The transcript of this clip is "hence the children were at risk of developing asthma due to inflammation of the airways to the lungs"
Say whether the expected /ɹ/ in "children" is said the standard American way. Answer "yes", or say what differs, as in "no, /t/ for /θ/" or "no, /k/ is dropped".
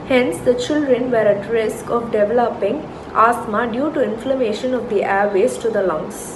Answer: yes